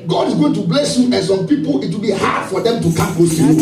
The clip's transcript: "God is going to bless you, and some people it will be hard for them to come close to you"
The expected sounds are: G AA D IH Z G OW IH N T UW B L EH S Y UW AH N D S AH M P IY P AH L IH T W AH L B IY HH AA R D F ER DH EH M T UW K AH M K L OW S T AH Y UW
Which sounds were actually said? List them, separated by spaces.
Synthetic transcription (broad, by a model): G AA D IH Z G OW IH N T UW B L EH S Y UW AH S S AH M P IY P AH L IH T W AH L B IY HH AA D F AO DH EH M T UW K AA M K OW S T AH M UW